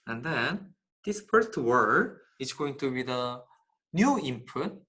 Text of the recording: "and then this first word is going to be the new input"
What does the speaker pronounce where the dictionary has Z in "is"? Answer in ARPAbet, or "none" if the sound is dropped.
S